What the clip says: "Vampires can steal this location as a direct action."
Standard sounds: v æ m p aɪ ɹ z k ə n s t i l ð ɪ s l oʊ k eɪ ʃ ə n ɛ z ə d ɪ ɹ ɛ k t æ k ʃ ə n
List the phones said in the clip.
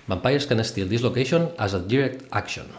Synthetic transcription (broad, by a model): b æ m p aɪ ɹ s k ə n s t i l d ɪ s l oʊ k eɪ ʃ ə n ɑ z ə d ɪ ɹ ɛ k t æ k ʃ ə n